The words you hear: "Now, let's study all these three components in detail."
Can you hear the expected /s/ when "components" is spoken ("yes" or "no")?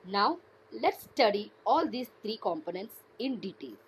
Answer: yes